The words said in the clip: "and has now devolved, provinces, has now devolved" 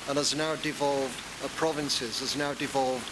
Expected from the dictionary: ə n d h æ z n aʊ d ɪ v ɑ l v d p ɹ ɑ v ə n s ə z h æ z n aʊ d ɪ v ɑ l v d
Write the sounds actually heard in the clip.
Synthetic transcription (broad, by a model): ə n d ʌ z n aʊ d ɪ v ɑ l v d p ɹ ɑ v ə n s ə z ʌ z n aʊ d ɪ v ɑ l v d